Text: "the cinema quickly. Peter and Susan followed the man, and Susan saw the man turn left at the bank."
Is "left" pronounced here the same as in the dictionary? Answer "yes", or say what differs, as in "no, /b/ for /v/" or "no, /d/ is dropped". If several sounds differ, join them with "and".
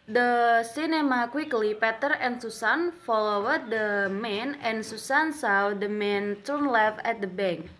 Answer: no, /t/ is dropped